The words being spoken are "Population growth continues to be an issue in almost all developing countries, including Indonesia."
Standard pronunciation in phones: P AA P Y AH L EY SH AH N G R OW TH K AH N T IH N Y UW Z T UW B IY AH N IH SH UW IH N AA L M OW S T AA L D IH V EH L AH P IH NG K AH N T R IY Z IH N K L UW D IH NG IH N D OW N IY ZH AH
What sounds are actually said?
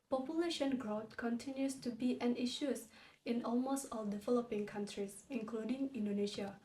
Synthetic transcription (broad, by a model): P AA P Y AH L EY SH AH N G R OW T K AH N T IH N Y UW S T UW B IY AH N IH SH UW IH N AA L M OW S T AA L D IH V EH L AH P IH NG K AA N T R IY S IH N K L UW D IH NG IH N D OW N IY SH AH